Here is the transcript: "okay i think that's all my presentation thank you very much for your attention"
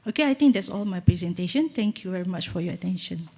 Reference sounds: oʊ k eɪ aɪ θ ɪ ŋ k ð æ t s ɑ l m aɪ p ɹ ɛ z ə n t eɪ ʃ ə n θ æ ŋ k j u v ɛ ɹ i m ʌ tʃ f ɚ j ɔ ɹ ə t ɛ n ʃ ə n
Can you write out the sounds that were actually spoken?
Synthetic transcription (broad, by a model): oʊ k eɪ aɪ t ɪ ŋ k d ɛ t s ɑ l m aɪ p ɹ ɛ z ə n t eɪ ʃ ə n t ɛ ŋ k j u v ɛ ɹ i m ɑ tʃ f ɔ j ɔ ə t ɛ n ʃ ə n